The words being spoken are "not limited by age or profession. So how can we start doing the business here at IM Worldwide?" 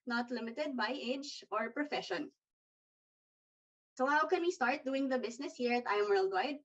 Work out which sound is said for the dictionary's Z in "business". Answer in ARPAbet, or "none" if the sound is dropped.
S